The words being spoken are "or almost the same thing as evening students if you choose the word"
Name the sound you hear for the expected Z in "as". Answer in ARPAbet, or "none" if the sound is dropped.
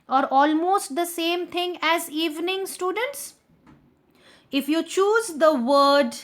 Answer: Z